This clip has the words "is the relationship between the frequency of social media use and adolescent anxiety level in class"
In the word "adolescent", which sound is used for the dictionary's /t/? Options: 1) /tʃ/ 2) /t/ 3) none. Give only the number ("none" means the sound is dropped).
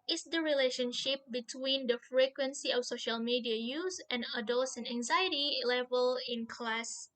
3